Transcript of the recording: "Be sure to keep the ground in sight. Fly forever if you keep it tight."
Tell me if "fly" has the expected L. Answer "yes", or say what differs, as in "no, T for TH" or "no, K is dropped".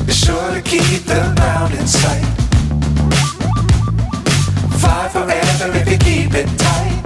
no, L is dropped